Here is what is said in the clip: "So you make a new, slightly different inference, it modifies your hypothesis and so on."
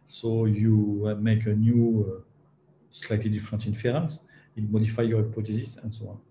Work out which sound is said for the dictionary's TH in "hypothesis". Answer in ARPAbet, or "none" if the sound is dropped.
T